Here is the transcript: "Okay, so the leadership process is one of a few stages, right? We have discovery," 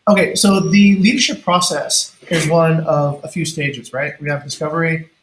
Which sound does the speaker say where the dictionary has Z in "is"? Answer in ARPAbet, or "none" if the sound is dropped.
Z